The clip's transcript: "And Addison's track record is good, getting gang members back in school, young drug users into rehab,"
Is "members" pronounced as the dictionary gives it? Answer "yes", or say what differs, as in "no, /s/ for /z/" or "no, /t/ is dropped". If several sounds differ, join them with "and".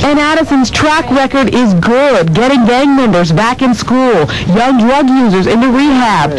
yes